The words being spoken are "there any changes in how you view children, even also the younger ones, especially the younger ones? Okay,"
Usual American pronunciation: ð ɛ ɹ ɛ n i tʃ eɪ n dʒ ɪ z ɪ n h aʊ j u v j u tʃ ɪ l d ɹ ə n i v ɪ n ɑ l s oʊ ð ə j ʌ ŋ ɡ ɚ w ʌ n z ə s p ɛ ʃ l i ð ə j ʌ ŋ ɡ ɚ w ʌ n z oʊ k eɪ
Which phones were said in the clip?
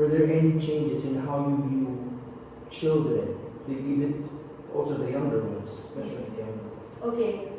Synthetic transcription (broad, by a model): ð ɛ ɹ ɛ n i tʃ eɪ n dʒ ɪ z ɪ n h aʊ j u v j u tʃ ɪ l d ɹ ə n i v ɪ n ɑ l s oʊ ð ə j ʌ ŋ ɡ ɚ w ʌ n z s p ɛ ʃ l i ð ə j ʌ ŋ ɡ ɚ w ʌ n z oʊ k eɪ